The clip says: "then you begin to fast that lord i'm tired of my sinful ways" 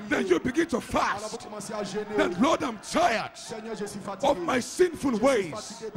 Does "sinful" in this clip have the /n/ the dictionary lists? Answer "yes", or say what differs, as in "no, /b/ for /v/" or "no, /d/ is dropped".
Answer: yes